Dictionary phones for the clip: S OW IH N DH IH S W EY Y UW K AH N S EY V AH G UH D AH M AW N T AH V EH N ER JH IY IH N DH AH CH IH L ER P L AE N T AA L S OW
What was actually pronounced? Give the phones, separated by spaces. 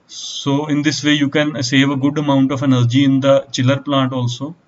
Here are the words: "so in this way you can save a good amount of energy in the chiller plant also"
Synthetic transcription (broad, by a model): S OW IH N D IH S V EY Y UW K AH N S EY V AH G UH D AH M AW N T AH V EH N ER JH IY IH N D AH CH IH L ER P L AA N T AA L S OW